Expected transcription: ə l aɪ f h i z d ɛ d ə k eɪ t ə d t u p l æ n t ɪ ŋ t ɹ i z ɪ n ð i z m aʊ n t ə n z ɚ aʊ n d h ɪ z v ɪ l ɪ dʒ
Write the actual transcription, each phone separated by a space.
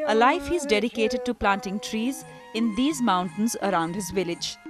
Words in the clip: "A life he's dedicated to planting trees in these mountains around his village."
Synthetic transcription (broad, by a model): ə l aɪ f h i z d ɛ d ə k eɪ t ə d t u p l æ n t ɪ ŋ t ɹ i z ɪ n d i z m aʊ n t ə n z ɚ aʊ n d h ɪ z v ɪ l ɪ dʒ